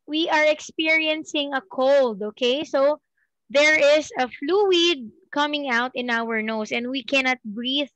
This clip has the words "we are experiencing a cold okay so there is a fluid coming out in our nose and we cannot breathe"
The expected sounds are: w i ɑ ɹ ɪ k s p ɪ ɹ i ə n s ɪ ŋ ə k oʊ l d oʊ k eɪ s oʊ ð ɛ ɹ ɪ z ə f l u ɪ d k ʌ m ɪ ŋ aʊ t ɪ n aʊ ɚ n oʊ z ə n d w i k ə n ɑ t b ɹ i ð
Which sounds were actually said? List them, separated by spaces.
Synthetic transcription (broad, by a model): w i ɑ ɹ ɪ k s p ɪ ɹ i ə n s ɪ ŋ ə k oʊ l d oʊ k eɪ s oʊ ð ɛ ɹ ɪ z ə f l u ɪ d k ʌ m ɪ ŋ aʊ t ɪ n aʊ ɚ n oʊ s ə n d w i k ə n ɑ t b ɹ i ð